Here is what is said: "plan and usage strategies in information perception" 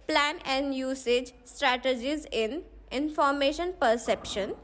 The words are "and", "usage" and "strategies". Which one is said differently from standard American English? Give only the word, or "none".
none